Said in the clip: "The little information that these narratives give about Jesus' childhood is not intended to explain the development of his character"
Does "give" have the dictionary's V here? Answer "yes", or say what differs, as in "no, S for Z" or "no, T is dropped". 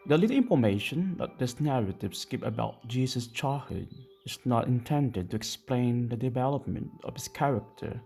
no, P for V